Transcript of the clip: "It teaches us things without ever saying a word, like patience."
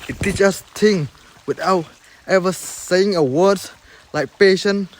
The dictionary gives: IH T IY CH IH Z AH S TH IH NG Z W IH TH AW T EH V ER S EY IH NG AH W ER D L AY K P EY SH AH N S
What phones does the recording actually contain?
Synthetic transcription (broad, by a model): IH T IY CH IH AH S T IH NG W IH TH AW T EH V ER S EY IH NG AH W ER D L AY K P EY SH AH N